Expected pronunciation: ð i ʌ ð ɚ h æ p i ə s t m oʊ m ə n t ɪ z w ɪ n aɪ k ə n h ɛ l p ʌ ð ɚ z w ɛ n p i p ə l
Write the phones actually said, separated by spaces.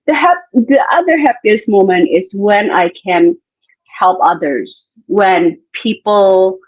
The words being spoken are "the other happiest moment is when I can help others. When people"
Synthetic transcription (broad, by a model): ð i ʌ ð ɚ h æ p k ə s m oʊ m ə n t ɪ z w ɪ n aɪ k ə n h ɛ l p ʌ ð ɚ z w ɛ n p i p l